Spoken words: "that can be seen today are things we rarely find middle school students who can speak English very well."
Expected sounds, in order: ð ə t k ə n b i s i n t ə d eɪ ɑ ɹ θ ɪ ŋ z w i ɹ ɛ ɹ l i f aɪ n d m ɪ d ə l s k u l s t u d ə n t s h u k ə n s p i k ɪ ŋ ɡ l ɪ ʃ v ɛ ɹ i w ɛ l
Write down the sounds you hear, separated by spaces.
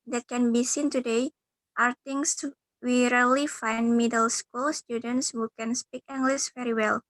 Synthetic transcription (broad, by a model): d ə t k ə n b i s i n t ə d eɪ ɑ ɹ t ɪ ŋ s w i ɹ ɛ l i f aɪ n d m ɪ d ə l s k u l s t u d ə n t s h u k ə n s p i k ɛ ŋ ɡ l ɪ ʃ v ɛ ɹ i w ɛ l